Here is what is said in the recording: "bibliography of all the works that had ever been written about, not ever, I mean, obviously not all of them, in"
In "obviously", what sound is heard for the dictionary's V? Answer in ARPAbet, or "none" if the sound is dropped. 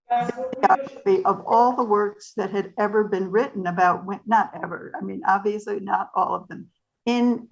V